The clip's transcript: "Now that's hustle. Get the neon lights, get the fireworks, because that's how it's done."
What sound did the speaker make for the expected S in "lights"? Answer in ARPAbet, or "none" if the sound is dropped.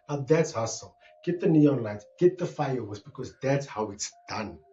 none